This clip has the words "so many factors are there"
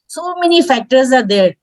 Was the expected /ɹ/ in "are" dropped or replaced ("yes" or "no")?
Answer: no